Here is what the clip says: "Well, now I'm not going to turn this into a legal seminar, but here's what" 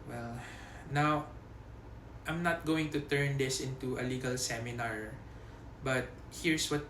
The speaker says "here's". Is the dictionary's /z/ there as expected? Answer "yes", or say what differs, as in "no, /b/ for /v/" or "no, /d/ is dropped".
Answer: no, /s/ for /z/